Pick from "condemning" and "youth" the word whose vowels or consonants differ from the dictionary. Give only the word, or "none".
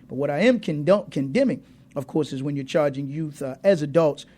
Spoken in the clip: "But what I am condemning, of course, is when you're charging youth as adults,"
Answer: none